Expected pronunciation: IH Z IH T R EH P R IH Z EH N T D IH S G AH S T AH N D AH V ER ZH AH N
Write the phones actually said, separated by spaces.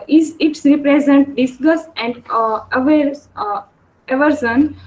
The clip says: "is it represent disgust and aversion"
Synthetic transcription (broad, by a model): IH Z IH T R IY P R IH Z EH N T D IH S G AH S AH N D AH V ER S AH N